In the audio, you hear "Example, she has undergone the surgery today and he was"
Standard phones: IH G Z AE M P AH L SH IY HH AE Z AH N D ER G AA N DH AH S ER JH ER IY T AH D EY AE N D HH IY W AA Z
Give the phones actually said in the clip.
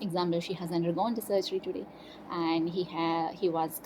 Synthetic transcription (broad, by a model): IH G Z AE M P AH L SH IY HH AE Z AH N D ER G AA N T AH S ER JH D IY T AH D EY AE N D HH IY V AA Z